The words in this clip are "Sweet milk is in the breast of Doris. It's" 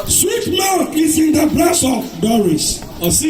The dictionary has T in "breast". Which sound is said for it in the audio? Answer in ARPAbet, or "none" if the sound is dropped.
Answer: none